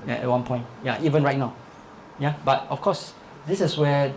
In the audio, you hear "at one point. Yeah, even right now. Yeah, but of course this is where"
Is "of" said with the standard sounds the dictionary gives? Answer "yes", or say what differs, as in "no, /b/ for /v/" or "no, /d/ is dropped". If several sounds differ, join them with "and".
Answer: no, /f/ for /v/